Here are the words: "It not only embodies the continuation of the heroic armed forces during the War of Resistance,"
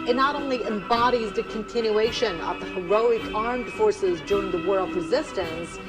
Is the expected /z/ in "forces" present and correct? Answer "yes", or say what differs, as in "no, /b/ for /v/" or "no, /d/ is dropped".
yes